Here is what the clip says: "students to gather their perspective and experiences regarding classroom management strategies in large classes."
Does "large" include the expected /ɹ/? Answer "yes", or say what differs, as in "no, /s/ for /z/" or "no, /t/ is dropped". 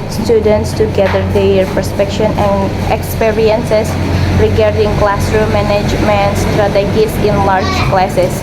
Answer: yes